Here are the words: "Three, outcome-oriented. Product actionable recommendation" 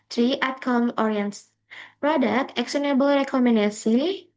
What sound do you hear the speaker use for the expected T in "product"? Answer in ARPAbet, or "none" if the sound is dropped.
none